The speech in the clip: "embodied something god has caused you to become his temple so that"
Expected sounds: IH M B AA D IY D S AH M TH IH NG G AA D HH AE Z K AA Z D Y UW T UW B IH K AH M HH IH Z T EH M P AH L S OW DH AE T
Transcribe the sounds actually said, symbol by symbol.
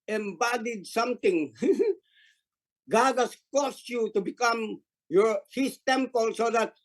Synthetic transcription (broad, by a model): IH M B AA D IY D S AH M T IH NG G AA D HH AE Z K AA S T Y UW T UW B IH K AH M HH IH S T EH M P AH L S OW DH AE T